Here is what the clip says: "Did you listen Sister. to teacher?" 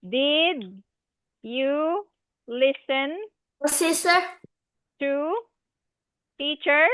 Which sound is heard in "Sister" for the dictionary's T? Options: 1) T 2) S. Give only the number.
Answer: 2